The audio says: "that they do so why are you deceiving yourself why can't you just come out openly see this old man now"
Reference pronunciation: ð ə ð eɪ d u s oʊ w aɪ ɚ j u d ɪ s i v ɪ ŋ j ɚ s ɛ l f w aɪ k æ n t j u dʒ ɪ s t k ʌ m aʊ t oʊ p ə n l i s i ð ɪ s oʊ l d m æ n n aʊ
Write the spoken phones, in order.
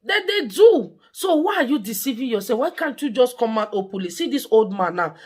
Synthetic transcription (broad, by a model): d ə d eɪ d u s oʊ w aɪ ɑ j u d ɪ s i v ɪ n j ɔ s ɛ f w aɪ k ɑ n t j u dʒ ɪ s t k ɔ m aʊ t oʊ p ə l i s i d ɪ s oʊ l d m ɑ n n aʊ